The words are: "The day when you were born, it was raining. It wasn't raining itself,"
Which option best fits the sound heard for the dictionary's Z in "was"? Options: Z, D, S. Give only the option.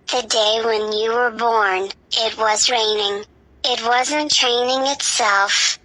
Z